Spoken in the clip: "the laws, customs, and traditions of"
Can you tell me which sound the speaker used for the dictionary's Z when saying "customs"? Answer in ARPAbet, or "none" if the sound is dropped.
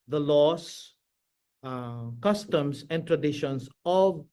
S